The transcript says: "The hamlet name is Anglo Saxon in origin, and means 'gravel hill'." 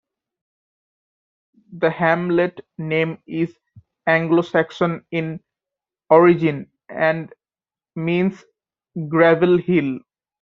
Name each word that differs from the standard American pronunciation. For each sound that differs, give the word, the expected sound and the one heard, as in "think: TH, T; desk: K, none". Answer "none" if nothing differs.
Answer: means: Z, S